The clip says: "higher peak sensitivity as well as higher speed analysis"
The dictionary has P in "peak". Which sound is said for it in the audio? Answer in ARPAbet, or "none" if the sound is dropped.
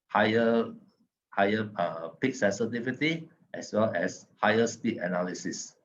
P